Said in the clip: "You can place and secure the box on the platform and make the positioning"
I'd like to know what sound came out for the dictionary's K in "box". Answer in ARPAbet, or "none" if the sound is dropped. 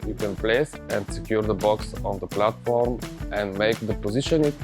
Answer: K